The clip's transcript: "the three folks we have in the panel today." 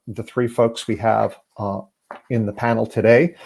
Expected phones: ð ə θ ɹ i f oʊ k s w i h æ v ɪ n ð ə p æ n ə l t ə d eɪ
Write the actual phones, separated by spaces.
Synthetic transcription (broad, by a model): ð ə θ ɹ i f oʊ k s w i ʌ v ɪ n ð ə p æ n l t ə d eɪ